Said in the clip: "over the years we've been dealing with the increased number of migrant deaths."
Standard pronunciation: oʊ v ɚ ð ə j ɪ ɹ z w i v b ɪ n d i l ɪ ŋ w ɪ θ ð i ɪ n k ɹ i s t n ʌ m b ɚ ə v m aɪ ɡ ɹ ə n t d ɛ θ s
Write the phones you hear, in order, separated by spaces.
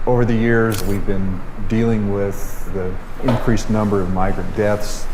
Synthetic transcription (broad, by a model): oʊ v ɚ ð ə j ɪ ɹ z w i v b ɪ n d i l ɪ ŋ w ɪ ð i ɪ n k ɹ i s n ʌ m b ɚ ə v m aɪ ɡ ɹ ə n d ɛ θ s